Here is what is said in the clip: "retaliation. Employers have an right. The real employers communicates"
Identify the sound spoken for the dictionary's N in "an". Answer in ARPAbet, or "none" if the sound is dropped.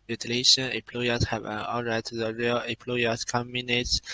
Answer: L